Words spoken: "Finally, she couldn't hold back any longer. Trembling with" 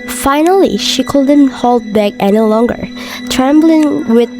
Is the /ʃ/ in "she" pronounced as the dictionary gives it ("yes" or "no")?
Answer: yes